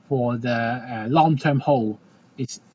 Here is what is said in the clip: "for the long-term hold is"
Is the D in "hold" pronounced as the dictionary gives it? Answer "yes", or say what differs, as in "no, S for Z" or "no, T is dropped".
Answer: no, D is dropped